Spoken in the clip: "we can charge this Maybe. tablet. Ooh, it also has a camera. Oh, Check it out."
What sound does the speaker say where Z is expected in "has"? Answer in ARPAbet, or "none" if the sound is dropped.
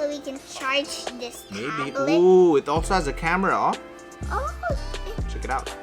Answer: Z